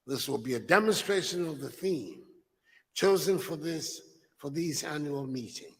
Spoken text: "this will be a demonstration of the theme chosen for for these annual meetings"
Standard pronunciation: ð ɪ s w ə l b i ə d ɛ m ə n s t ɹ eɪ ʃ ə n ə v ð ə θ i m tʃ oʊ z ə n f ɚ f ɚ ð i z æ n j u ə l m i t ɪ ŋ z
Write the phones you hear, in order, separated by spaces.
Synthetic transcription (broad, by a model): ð ɪ s w ə l b i ə d ɛ m ə n s t ɹ eɪ ʃ ə n ə v ð ə θ i m tʃ oʊ z ə n f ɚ f ɚ ð i z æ n j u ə l m i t ɪ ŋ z